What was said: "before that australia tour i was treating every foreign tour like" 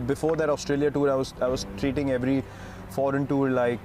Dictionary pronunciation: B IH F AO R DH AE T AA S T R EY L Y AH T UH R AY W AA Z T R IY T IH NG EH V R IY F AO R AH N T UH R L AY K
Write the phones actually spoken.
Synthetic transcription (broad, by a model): B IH F AO R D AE T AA S T R EY L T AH T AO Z AY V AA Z T R IY T IH NG EH V R IY F AO R AH N T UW R L AY K